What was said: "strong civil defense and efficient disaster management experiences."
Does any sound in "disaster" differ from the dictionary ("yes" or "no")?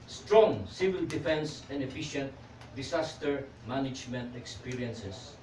yes